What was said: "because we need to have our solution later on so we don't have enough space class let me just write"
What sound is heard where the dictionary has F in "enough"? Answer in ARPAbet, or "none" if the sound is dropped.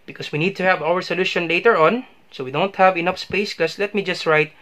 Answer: F